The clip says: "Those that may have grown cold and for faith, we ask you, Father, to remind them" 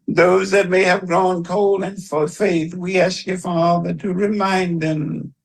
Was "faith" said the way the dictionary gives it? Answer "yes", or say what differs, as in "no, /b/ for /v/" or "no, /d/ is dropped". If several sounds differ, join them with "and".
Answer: yes